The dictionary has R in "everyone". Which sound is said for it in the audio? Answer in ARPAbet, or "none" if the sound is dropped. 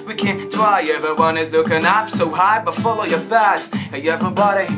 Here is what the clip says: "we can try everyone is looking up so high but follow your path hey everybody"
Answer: none